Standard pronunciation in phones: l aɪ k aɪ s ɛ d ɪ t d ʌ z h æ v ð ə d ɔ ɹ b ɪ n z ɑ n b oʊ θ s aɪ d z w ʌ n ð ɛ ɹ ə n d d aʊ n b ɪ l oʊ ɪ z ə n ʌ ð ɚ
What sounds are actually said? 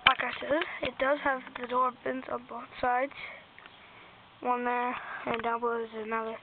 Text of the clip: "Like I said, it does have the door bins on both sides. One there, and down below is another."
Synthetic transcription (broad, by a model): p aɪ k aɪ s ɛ ɪ t d ʌ z h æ v ð ə d ɔ ɹ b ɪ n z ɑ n b oʊ θ s aɪ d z w ʌ n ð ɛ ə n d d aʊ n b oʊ ɪ z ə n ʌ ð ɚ